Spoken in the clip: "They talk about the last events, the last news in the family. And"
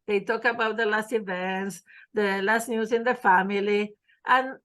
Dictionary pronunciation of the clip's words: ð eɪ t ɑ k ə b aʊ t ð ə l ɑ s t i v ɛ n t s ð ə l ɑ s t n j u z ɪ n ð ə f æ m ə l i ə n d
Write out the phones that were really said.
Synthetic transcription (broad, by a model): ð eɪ t ɑ k ə b aʊ t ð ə l ɑ s t i v ɛ n t s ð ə l ɑ s t n j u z ɪ n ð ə f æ m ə l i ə n